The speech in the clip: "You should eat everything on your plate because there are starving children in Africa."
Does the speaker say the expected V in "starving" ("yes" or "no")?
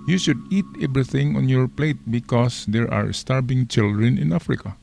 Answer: no